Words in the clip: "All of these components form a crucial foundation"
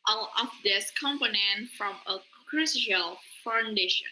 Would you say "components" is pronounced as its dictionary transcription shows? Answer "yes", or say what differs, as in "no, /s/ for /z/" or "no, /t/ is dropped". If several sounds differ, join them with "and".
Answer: no, /s/ is dropped